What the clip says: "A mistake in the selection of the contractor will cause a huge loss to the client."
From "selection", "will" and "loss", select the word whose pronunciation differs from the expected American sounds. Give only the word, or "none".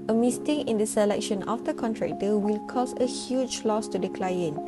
none